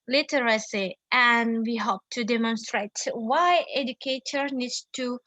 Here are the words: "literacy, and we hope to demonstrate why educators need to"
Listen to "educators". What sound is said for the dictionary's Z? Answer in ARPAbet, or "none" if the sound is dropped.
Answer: none